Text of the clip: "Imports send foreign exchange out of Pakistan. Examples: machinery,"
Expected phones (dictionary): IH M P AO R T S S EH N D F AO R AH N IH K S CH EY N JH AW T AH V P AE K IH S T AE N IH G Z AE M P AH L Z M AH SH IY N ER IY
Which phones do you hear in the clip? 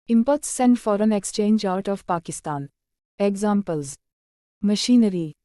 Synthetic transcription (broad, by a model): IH M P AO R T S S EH N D F AO R AH N IH K S CH EY N JH AW T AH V P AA K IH S T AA N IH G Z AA M P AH L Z M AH SH IY N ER IY